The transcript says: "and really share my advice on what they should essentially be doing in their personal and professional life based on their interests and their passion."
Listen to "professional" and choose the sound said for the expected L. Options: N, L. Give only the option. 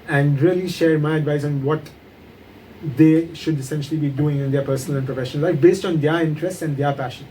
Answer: N